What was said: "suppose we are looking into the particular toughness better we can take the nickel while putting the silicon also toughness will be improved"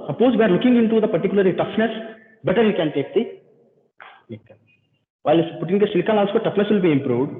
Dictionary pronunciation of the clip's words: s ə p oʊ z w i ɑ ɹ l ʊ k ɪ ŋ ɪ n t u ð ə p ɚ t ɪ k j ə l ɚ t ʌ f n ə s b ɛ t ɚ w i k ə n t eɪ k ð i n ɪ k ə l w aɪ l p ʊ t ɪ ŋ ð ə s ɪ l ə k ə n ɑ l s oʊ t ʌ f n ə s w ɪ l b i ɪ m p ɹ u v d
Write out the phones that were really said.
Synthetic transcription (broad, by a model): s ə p oʊ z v i ɑ ɹ l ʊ k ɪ ŋ ɪ n t u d ə p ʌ t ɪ k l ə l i t ʌ f n ə s b ɛ t ɚ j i k ə n t eɪ k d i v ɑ ə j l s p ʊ t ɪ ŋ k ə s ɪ l k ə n ɑ l s oʊ t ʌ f n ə s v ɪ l b i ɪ m p ɹ u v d